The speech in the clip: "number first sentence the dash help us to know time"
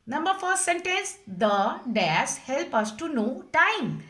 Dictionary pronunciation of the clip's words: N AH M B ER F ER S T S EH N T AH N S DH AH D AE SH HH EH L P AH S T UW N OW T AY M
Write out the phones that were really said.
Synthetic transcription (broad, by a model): N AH M B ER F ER T S EH N T AH N S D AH D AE S HH EH L P AH S T UW N OW T AY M